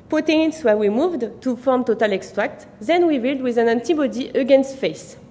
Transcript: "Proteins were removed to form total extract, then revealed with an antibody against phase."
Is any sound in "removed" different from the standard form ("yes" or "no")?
yes